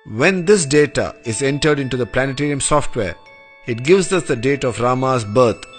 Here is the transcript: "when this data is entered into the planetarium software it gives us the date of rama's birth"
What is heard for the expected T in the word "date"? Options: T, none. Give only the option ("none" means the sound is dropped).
T